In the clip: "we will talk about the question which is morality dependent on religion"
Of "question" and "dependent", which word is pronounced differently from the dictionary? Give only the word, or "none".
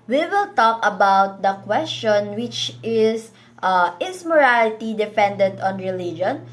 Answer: dependent